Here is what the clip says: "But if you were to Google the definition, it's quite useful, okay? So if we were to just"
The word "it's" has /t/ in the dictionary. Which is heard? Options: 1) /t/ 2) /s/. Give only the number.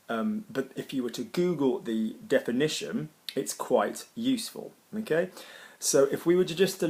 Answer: 1